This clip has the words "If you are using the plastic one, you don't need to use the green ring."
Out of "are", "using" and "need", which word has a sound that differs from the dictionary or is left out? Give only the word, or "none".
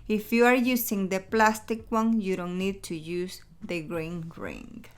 using